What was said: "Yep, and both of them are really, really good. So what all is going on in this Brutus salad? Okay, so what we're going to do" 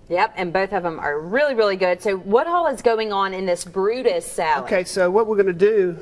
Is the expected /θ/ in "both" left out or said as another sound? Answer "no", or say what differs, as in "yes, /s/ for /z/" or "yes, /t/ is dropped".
no